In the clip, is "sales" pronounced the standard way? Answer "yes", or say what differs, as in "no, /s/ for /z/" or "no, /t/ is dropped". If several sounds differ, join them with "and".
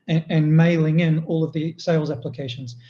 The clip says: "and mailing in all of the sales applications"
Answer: yes